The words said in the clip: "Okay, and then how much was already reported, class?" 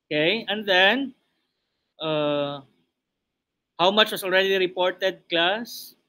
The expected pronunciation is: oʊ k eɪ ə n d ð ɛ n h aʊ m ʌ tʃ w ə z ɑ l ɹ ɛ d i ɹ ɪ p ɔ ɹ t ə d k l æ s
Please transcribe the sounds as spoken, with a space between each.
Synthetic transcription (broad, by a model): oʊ k eɪ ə n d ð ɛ n h aʊ m ʌ tʃ w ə s ɑ l ɹ ɛ d i ɹ ɪ p ɔ ɹ t ə d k l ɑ s